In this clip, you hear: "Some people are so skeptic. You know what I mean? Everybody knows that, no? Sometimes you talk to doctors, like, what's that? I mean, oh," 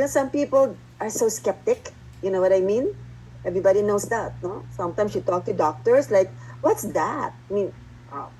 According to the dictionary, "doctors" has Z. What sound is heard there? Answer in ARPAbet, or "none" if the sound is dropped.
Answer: S